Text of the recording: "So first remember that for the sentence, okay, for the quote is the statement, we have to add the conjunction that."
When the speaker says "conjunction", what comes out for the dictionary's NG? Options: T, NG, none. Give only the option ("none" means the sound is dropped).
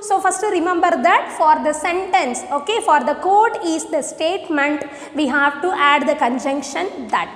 NG